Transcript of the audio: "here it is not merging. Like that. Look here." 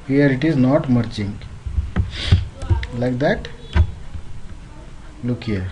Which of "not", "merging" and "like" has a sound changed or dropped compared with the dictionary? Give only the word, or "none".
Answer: merging